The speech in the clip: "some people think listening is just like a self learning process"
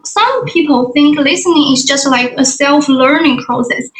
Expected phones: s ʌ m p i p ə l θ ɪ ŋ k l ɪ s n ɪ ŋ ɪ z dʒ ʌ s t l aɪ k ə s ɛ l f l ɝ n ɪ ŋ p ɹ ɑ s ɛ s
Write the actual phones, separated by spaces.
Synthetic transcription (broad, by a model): s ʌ m p i p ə l θ ɪ ŋ k l ɪ s n ɪ ŋ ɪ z dʒ ʌ s t l aɪ k ə s ɛ l f l ɝ n ɪ ŋ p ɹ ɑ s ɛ s